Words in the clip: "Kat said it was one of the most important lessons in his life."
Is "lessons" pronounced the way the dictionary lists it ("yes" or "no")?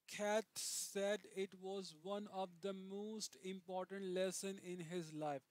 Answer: no